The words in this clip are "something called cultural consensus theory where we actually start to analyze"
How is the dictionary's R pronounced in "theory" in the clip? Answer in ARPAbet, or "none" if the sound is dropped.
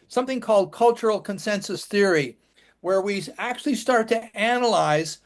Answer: R